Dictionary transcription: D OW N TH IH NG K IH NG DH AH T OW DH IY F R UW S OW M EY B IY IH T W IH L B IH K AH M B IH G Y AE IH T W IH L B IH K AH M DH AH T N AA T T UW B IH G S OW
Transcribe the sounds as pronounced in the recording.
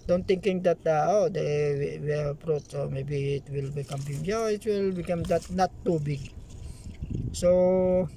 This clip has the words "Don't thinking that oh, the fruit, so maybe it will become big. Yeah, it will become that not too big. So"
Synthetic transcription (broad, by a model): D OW N T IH NG K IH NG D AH T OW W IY P R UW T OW M EY B IY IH T W IH L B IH K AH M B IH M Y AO IH T W IH L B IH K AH M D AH T N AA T T UW B IH G S OW